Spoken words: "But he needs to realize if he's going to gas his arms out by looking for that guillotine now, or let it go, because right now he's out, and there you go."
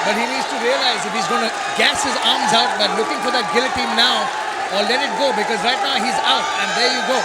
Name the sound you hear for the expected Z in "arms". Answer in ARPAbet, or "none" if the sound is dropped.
Z